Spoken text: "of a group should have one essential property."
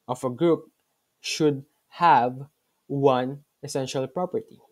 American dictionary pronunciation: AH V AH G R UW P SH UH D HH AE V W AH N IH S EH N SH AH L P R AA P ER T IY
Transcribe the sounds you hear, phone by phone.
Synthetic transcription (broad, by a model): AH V AH G R UW P SH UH D HH AE V W AH N IH S EH N SH AH L P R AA P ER T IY